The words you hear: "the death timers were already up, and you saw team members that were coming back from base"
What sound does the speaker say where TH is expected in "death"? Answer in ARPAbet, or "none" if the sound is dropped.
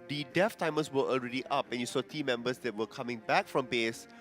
F